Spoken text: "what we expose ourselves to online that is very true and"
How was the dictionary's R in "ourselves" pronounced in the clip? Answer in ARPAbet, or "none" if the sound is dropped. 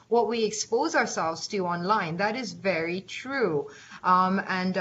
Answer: R